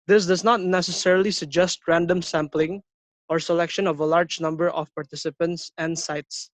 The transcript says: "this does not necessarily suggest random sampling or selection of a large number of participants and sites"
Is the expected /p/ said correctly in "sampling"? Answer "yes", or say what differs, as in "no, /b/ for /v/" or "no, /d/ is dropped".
yes